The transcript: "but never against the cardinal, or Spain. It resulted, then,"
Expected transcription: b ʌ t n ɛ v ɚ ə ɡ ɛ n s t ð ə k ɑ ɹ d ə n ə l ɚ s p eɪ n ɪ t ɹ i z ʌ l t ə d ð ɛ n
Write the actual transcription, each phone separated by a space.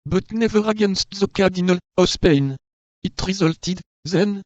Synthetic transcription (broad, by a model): b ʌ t n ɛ v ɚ ə ɡ ɛ n s t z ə k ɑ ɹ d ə n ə l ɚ s p eɪ n ɪ t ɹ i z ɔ l t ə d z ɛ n